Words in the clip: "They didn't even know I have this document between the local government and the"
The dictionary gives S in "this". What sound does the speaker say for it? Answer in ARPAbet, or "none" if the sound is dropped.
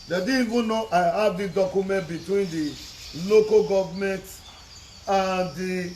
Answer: none